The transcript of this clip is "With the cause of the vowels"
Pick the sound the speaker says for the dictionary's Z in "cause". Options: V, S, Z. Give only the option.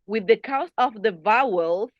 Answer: S